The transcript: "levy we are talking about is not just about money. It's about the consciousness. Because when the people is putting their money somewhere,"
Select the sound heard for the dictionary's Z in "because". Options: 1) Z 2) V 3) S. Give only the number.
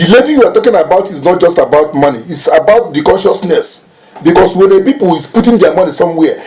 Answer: 3